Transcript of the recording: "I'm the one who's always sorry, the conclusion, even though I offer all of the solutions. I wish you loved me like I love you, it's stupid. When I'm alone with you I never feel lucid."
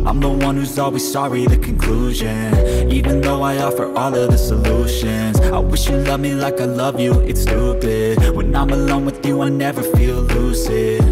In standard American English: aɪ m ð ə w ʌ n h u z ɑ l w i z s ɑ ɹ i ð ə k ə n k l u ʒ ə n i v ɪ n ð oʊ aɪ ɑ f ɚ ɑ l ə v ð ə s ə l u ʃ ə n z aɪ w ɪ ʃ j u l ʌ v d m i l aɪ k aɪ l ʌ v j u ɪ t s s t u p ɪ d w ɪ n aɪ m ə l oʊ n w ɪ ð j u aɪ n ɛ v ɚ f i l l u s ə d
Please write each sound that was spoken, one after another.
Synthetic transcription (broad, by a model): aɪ m ð ə w ʌ n h u z ɑ l w i z s ɑ ɹ i ð ə k ə n k l u ʒ ə n i v ɪ n ð oʊ aɪ ɑ f ɚ ɑ l ə v ð ə s ə l u ʃ ə n z aɪ w ɪ ʃ j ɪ l ʌ v m i l aɪ k aɪ l ʌ v j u ɪ t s s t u b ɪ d w ɪ n aɪ m ə l oʊ n w ɪ ð j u aɪ n ɛ v ɚ f i l l u s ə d